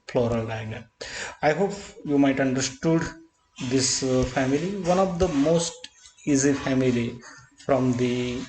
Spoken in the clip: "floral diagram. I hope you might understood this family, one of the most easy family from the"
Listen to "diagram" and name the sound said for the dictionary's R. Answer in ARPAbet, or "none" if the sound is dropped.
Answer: none